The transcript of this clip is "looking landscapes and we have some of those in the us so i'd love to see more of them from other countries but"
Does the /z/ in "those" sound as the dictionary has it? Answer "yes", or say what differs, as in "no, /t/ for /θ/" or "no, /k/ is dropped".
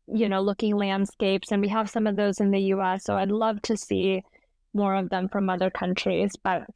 yes